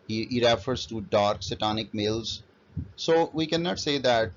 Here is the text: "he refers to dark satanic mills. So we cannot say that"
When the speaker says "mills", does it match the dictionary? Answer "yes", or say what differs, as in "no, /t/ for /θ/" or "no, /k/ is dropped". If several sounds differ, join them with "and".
yes